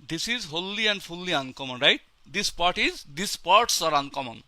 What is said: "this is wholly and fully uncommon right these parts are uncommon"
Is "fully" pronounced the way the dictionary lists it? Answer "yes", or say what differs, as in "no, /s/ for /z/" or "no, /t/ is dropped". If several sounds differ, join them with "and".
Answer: no, /p/ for /f/